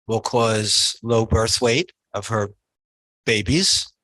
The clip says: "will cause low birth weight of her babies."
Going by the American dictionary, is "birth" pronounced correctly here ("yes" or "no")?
yes